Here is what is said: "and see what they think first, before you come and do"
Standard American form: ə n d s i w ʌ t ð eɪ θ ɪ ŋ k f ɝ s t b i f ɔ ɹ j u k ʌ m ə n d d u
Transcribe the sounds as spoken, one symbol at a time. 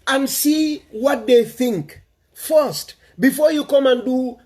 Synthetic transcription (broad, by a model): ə n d s i w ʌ t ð eɪ θ ɪ ŋ k f ɝ s t b i f ɔ ɹ j u k ʌ m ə n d d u